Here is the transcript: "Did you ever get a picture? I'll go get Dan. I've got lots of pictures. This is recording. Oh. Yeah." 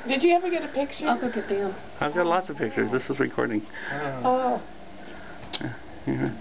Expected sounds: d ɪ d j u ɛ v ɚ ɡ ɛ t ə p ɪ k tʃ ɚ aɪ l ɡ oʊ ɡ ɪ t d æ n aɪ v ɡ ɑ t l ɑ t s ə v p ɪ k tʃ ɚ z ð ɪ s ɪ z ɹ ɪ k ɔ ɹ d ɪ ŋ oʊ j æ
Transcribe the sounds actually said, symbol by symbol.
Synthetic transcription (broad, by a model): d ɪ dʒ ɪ ɛ v ɚ ɡ ɛ t ə p ɪ k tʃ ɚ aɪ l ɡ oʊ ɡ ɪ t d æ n aɪ v ɡ ɑ t l ɑ t s ə v p ɪ k tʃ ɚ z ð ɪ s ɪ z ɹ ɪ k ɔ ɹ d ɪ ŋ oʊ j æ